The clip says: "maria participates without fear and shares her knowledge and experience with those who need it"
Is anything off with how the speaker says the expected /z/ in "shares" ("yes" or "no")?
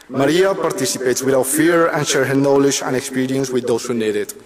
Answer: yes